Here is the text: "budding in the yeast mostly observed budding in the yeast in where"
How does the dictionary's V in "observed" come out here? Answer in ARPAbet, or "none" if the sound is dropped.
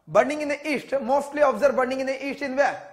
none